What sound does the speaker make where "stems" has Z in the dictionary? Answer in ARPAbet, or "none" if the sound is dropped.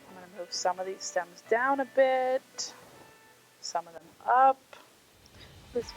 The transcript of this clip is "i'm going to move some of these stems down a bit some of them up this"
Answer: Z